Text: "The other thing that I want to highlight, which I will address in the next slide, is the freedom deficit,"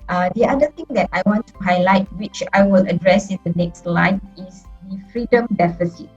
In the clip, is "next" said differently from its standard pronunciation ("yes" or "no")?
no